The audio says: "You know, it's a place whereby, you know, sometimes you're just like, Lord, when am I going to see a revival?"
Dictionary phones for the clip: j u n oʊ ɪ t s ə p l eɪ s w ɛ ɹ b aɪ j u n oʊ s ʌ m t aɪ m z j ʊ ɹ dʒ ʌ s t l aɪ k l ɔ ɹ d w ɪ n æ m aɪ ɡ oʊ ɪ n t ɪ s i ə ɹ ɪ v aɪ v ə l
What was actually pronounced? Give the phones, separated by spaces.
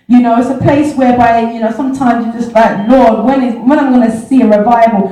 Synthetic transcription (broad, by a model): j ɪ n oʊ ɪ t s ə p l eɪ s w ɛ ɹ b aɪ j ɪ n oʊ s ʌ m t aɪ m z j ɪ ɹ dʒ ʌ s t l aɪ k l ɔ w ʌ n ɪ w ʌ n aɪ ɡ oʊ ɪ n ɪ s i ə ɹ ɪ v aɪ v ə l